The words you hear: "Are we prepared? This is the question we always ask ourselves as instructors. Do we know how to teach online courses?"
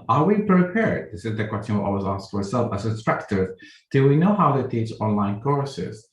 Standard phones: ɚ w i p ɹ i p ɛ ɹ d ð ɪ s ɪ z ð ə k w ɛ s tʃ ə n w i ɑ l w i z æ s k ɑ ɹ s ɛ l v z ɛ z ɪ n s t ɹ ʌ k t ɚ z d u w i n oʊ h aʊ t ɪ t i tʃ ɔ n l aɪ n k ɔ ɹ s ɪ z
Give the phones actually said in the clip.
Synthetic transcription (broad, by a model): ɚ w i p ɹ i p ɛ ɹ d ð ɪ s ɪ z ð ə k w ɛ s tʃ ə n w i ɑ w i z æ s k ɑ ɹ s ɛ l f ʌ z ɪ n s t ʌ k t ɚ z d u w i n oʊ h aʊ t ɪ t i tʃ ɔ n l aɪ n k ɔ ɹ s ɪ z